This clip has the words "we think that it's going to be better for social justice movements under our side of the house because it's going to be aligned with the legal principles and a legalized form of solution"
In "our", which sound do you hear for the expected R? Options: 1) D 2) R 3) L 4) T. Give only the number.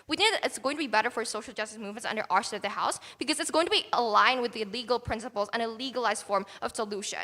2